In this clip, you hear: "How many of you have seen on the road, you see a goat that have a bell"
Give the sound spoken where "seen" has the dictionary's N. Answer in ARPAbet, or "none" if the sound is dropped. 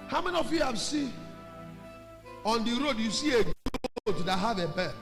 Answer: none